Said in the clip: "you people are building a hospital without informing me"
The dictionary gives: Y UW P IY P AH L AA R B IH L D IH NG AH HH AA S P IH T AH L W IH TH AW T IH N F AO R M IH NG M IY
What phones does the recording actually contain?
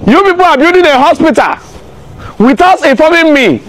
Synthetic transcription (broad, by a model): Y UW P IY P AH L AA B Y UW D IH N AH HH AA S P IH T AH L W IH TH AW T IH F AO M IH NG M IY